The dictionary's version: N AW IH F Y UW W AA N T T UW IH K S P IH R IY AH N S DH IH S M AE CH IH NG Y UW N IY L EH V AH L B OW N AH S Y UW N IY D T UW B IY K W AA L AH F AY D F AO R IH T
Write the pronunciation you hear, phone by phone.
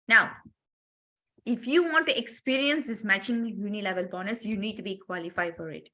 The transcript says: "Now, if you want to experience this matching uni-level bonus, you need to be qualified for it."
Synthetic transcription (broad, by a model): N AW IH F Y UW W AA N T T UW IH K S P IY R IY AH N S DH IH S M AE CH IH NG Y UW N IY L EH V AH L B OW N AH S Y UW N IY D T UW B IY K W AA L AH F AY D F AO R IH T